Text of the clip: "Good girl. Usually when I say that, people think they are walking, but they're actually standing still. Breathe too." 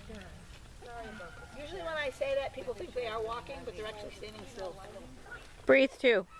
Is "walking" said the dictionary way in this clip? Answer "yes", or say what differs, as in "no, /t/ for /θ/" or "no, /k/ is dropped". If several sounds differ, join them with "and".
yes